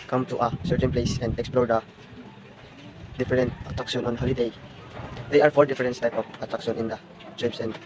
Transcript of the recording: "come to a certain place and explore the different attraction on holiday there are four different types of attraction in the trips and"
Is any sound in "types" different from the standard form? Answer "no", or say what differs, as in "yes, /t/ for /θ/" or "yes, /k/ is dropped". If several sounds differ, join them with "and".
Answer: yes, /s/ is dropped